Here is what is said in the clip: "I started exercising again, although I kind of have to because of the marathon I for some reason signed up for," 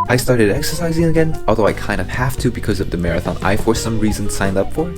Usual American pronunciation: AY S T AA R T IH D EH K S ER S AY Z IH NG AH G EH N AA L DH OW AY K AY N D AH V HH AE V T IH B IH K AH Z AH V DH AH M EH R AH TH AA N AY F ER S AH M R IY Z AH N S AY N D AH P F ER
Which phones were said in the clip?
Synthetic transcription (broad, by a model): AY S T AA R T IH D EH K S ER S AY Z IH NG AH G EH N AA L DH OW AY K AY N D AH V HH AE F T IH B IH K AH Z AH V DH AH M EH R AH TH AA N AY F ER S AH M R IY Z AH N S AY N D AH P F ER